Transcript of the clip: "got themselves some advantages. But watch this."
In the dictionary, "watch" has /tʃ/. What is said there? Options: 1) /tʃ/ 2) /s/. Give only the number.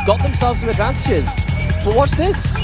2